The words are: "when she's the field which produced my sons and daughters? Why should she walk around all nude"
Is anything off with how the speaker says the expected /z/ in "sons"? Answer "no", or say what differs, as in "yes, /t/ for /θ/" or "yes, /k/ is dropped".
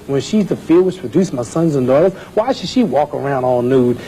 no